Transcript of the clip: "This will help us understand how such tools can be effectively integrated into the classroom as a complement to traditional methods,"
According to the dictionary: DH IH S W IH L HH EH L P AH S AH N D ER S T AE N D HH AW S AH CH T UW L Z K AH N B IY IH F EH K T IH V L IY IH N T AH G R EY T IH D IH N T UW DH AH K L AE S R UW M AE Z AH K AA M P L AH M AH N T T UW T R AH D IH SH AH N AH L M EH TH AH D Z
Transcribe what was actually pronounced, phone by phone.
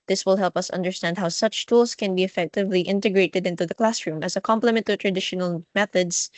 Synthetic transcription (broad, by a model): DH IH S W IH L HH EH L P AH S AH N D ER S T AE N D HH AW S AH CH T UW L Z K AH N B IY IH F EH K T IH V L IY IH N T AH G R EY T IH D IH N T UW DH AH K L AE S R UW M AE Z AH K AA M P L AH M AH N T T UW T R AH D IH SH AH N AH L M EH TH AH D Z